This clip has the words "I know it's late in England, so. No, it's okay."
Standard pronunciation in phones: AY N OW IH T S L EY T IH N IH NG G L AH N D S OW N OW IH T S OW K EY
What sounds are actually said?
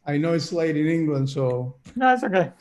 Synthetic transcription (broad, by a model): AY N OW IH T S L EY T IH N IH NG G L AH N D S OW N OW IH T S OW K EY